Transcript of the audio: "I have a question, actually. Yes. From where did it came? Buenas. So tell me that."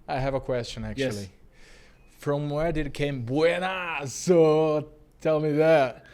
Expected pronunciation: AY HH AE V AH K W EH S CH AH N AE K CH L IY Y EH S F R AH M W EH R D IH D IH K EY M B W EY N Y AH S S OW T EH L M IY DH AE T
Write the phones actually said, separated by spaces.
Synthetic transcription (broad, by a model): AY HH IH V AH K W EH S CH AH N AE K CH IY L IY F R AH M W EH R D IH D IH K EY M B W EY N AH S S OW T EH L M IY DH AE T